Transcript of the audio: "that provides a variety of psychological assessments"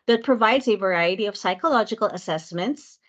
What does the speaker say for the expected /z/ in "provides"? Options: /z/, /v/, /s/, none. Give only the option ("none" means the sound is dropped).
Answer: /z/